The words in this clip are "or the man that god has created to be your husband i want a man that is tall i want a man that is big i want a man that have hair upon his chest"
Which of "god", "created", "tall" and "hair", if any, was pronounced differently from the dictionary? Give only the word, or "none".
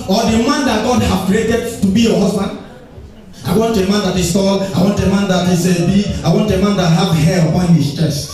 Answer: hair